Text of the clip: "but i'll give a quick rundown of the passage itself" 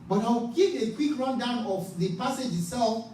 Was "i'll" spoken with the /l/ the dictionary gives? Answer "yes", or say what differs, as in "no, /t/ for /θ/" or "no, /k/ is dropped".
no, /w/ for /l/